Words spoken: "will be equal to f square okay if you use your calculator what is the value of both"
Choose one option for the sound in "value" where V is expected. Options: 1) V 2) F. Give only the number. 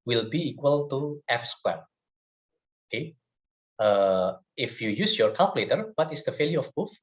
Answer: 2